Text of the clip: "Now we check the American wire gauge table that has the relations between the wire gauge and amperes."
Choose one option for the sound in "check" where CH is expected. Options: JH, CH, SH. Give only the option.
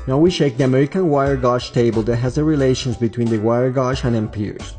SH